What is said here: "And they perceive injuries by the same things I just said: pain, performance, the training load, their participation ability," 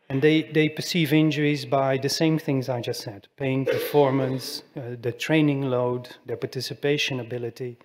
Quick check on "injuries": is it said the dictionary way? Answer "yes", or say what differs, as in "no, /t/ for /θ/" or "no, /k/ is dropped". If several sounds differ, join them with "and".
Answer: yes